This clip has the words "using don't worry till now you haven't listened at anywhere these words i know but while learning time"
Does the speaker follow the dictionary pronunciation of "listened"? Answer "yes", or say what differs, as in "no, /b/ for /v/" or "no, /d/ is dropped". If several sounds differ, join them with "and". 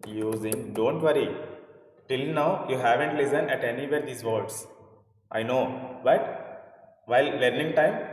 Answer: no, /d/ is dropped